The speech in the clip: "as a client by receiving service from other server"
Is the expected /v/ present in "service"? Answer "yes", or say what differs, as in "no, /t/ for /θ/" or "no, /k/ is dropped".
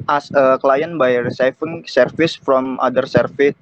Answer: no, /f/ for /v/